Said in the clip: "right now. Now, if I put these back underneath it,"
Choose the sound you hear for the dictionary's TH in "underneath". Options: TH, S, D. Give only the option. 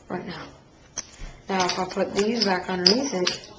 S